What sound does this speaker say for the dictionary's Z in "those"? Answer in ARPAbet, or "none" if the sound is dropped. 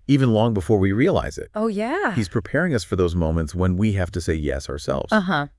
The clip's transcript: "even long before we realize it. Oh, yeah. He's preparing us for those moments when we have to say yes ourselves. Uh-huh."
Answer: Z